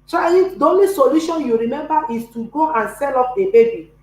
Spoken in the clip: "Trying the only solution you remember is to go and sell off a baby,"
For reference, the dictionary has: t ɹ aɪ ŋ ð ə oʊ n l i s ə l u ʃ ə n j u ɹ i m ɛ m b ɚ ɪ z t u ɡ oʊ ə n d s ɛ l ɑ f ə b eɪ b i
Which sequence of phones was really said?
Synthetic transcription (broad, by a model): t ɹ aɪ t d oʊ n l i s ə l u ʃ ə n j u ɹ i m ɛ m b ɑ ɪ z t u ɡ oʊ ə n s ɛ l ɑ p ə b eɪ b i